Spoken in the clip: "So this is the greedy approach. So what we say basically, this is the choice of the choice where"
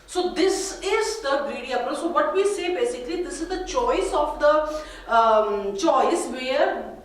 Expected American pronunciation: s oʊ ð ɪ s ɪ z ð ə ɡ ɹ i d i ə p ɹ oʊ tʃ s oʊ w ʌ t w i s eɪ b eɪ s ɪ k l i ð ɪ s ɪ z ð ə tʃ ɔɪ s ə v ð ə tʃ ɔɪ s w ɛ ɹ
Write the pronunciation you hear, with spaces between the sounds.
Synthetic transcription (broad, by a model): s oʊ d ɪ s ɪ z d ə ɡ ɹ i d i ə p oʊ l s oʊ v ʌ t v i s eɪ b eɪ s ɪ k l i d ɪ s ɪ z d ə tʃ ɔɪ s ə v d ə tʃ ɔɪ s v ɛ ɹ